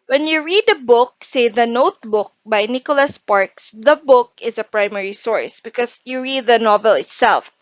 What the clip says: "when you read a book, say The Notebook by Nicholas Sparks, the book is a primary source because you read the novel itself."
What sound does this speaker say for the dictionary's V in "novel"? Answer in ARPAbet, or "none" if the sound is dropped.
V